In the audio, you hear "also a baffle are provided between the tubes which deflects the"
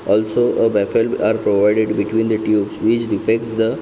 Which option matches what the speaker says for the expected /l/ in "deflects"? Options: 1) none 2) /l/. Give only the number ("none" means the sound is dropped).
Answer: 1